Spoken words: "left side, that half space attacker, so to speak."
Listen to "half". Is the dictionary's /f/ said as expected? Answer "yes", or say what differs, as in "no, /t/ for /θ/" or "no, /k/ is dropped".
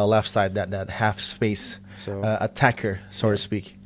yes